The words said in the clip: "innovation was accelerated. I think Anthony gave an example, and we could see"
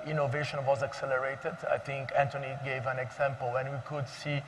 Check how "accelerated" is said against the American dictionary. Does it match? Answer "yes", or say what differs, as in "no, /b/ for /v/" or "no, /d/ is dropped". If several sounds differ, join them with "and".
yes